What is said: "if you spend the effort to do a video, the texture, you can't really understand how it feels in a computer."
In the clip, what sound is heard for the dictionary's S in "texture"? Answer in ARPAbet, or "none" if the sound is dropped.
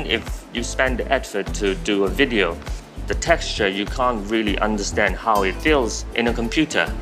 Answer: S